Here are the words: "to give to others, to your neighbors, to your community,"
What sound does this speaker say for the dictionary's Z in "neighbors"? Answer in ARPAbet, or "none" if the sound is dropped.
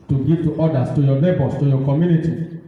S